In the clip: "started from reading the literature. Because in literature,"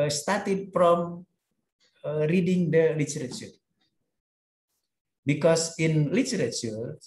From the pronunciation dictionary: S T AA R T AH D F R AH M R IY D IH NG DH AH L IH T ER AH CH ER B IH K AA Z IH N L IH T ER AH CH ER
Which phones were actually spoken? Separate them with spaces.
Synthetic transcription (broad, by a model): S T AA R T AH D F R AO M R IY D IH NG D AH L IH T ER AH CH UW B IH K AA S IH N L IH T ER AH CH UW